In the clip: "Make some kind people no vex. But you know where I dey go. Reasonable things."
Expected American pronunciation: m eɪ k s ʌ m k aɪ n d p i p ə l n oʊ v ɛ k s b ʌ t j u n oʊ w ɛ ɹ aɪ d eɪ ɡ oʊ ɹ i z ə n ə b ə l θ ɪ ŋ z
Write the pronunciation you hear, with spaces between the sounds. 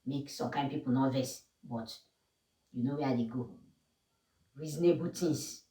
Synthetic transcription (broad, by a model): m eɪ k s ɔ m k aɪ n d p i p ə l n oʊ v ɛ s b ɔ t j u n oʊ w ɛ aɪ d eɪ ɡ oʊ ɹ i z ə n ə b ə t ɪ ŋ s